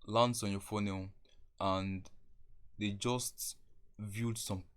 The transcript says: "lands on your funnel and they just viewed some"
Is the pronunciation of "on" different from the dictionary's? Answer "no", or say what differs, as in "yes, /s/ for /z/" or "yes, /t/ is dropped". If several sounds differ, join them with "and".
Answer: no